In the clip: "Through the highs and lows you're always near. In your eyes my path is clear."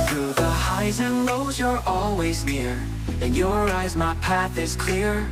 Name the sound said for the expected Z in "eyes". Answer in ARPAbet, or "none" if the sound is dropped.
Z